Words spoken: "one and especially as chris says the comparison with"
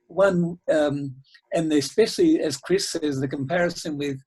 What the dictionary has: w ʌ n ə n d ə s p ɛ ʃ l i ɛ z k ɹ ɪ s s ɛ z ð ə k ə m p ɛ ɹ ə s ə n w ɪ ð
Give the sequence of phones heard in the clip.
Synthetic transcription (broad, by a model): w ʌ n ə n ə s p ɛ ʃ l i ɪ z k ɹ ɪ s s ɛ z ð ə k ə m p ɛ ɹ ə s ə n w ɪ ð